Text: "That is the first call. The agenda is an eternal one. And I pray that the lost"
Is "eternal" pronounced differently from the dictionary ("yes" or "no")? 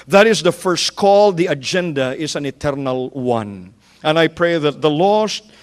no